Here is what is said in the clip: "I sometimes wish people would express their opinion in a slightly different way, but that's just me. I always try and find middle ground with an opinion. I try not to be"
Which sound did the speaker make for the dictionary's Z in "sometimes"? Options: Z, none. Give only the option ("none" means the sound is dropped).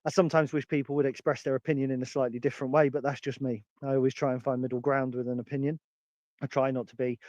Z